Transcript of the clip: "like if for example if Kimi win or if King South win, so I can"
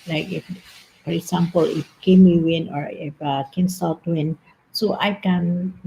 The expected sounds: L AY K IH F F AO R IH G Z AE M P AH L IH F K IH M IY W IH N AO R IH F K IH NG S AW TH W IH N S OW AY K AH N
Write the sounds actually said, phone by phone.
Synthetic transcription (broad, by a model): L AY K IH F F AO R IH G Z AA M P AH L IH F K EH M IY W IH N AO R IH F K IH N S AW T W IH N S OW AY K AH N